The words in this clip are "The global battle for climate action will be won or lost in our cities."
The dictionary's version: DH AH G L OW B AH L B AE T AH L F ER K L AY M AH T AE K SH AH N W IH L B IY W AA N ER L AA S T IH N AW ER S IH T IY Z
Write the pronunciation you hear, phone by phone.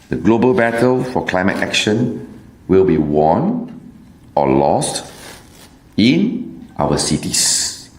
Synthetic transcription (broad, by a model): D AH G L OW B AH L B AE T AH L F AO K L AY M AH T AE K SH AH N W IH L B IY W AA N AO L AA S T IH N AW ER S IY T IY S